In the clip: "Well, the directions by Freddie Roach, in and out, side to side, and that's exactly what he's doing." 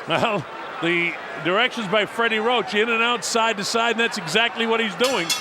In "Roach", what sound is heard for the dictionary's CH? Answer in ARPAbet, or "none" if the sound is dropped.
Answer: CH